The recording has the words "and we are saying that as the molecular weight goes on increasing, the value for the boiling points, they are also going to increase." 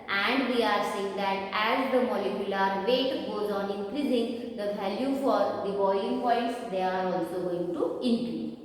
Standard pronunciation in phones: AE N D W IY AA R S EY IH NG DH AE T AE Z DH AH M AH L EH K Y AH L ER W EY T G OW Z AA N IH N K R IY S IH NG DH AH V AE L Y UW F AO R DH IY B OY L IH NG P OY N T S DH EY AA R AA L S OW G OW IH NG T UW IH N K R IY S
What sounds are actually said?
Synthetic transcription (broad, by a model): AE N D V IY AA R S EY IH NG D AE T AE Z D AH M AH L EH K Y AH L ER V EY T G OW Z AA N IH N K R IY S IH NG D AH V AE L Y UW F AO R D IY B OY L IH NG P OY T S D EY AA R AA L S OW G OW IH NG T UW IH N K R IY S